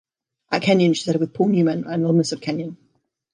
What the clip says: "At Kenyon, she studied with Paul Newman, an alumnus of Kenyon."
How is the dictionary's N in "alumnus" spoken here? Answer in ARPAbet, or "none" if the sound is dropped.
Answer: none